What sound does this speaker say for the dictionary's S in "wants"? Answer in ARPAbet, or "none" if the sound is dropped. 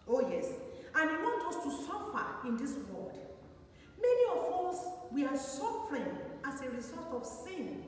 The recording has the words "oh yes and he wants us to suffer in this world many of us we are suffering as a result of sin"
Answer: none